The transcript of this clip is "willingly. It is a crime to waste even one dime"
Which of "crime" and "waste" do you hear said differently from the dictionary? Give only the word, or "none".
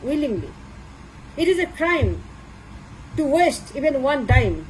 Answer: none